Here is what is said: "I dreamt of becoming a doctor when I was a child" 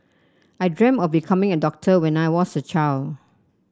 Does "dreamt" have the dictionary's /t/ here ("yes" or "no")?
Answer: no